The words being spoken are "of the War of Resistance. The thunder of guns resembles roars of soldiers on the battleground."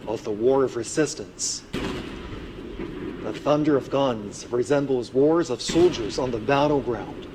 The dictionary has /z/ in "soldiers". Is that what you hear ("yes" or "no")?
yes